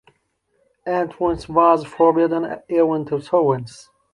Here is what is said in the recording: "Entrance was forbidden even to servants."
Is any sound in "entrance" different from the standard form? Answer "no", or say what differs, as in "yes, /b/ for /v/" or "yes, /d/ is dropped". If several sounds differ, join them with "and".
yes, /w/ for /ɹ/